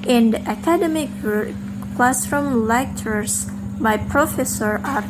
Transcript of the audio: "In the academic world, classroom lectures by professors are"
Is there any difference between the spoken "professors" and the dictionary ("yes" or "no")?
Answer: yes